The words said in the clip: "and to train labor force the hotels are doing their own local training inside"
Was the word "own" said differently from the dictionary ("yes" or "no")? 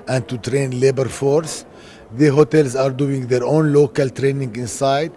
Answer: no